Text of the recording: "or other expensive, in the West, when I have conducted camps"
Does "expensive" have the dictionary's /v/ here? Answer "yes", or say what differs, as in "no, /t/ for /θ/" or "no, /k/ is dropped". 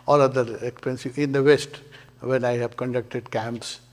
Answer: no, /v/ is dropped